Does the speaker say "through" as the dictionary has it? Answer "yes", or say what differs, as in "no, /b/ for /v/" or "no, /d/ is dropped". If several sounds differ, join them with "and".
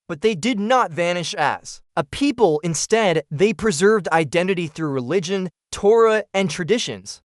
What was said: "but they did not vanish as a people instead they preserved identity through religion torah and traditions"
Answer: yes